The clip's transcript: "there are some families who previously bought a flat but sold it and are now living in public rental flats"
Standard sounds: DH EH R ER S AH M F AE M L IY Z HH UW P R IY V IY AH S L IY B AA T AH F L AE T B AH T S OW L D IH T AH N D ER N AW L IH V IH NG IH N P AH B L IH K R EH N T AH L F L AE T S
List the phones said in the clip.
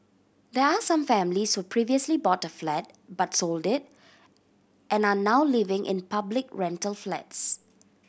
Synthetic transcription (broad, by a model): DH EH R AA S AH M F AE M L IY S HH UW P R IY V IY AH S L IY B AA T AH F L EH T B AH T S OW L D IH T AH N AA N AW L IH V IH NG IH N P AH B L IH K R EH N T AH L F L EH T S